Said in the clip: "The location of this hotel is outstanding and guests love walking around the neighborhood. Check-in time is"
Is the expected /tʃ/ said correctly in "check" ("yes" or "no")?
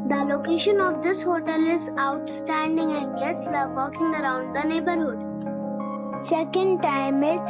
no